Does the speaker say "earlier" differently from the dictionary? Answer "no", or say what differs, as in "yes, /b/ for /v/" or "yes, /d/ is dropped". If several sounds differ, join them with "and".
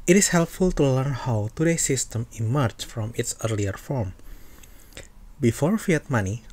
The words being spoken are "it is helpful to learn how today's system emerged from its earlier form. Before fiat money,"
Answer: no